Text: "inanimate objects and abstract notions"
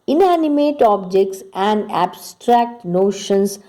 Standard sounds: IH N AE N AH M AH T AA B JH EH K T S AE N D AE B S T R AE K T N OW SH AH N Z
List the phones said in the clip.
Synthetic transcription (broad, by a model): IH N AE N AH M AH T AA B JH EH K T S AE N D AE B S T R AE K T N OW SH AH N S